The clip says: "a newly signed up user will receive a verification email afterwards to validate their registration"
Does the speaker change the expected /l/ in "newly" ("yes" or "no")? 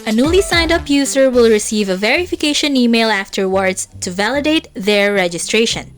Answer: no